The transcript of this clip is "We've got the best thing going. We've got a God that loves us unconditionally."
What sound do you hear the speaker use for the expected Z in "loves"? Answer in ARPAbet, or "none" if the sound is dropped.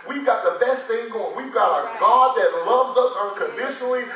Z